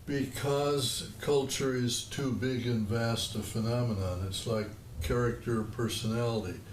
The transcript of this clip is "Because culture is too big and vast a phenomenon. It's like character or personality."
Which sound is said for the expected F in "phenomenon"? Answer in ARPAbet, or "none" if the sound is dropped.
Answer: F